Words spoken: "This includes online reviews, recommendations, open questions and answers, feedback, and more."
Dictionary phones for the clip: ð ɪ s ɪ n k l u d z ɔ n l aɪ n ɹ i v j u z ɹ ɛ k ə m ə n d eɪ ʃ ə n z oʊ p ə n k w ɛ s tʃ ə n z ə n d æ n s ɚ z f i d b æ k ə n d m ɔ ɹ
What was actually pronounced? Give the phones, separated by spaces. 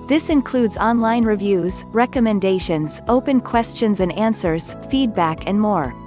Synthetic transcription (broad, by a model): ð ɪ s ɪ n k l u d z ɔ n l aɪ n ɹ i v j u z ɹ ɛ k ə m ə n d eɪ ʃ ə n z oʊ p ə n k w ɛ s tʃ ə n z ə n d æ n s ɚ z f i d b æ k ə n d m ɔ ɹ